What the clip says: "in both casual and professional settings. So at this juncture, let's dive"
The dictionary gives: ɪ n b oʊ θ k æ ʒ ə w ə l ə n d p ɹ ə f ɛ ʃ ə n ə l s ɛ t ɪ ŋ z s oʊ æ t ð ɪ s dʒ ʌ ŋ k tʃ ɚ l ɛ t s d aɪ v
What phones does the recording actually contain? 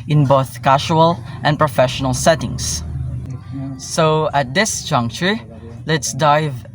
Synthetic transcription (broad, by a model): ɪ n b oʊ θ k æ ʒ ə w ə l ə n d p ɹ ə f ɛ ʃ ə n ə l s ɛ t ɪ ŋ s s oʊ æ t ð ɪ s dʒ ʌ ŋ k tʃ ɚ l ɛ t s d aɪ v